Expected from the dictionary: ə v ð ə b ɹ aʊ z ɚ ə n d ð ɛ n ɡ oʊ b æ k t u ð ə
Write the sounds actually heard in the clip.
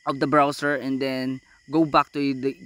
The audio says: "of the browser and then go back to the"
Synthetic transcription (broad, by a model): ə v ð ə b ɹ aʊ s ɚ ə n d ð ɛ n ɡ oʊ b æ k t u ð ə